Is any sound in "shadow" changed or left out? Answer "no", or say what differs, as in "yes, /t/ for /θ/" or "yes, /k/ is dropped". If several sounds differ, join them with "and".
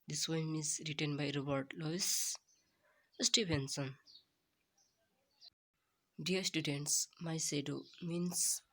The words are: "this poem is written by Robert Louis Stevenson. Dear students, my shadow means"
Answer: yes, /s/ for /ʃ/